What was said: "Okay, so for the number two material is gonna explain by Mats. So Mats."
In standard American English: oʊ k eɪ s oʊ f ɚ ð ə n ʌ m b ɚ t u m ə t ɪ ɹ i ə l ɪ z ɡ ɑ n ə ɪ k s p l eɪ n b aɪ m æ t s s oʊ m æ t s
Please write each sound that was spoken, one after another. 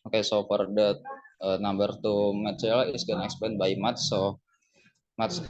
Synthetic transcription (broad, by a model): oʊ k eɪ s oʊ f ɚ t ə n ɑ m b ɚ t u m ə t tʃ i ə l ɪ s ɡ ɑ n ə k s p eɪ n b aɪ m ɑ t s s oʊ m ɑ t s